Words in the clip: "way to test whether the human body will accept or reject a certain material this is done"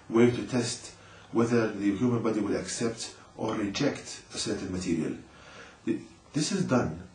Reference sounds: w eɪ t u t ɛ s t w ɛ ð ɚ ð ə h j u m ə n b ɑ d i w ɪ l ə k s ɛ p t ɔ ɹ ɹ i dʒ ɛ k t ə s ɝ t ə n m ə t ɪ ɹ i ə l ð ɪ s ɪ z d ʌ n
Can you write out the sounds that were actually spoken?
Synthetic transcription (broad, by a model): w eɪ t u t ɛ s t w ɛ ð ɚ ð ə h j u m ə n b ɑ d i w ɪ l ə k s ɛ p t ɔ ɹ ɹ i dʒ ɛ k t ə s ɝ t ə n m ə t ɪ ɹ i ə l ð ɪ s ɪ z d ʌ n